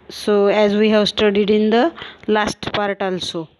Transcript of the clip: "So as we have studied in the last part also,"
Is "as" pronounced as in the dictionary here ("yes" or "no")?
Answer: yes